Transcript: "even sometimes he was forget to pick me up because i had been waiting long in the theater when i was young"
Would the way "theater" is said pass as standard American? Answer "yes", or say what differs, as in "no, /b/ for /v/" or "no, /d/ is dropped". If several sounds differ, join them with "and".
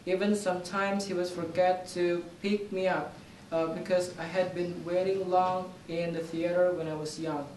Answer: yes